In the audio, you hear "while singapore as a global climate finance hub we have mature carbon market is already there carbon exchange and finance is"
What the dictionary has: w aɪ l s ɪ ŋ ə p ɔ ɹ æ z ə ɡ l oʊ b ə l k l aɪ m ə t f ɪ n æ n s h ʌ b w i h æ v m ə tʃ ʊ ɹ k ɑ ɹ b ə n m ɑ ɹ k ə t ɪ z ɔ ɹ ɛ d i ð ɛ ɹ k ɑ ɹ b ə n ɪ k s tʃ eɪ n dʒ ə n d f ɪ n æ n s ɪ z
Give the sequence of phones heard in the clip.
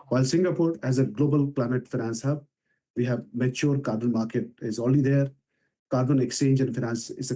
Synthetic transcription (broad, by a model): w aɪ l s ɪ ŋ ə p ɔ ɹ æ z ə ɡ l oʊ b ə l k l aɪ m ə t f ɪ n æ n s h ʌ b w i h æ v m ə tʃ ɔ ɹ k ɑ ɹ b ə n m ɑ ɹ k ə t ɪ z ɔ l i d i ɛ ɹ k ɑ ɹ b ə n ɪ k s tʃ eɪ n dʒ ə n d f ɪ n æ n s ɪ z